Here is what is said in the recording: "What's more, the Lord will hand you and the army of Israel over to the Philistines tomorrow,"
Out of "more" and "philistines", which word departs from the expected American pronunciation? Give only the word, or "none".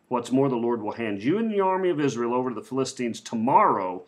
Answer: none